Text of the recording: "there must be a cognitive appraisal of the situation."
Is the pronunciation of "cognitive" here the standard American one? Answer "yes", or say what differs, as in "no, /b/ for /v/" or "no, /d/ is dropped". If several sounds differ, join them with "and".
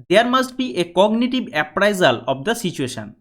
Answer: no, /b/ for /v/